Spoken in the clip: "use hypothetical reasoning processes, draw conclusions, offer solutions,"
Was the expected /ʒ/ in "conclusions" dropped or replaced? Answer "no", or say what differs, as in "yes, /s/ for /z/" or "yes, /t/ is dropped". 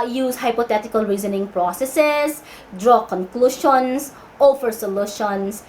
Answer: yes, /ʃ/ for /ʒ/